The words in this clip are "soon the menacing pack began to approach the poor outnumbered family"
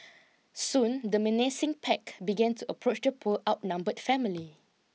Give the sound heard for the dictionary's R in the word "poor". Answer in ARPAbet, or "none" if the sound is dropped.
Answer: L